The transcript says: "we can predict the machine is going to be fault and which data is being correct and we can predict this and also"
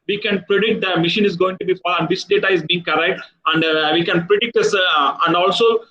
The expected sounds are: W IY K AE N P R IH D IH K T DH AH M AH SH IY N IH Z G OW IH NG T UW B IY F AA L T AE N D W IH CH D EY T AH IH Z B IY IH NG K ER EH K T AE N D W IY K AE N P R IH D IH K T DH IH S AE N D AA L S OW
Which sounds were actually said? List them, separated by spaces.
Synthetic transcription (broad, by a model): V IY K AE N P R IH D IH K T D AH M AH SH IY N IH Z G OW IH NG T UW B IY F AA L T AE N D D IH S D EY T AH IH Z B IY IH NG K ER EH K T AE N D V IY K AE N P R IH D IH K T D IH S AE N D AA L S OW